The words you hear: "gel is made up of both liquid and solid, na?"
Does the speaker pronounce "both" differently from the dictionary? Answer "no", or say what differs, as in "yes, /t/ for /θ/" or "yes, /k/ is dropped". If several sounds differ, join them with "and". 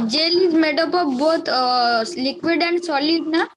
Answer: yes, /t/ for /θ/